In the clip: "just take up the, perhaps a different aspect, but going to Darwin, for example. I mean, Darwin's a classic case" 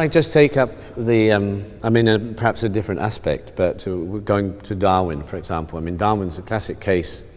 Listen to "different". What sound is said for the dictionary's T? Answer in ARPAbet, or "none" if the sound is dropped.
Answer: T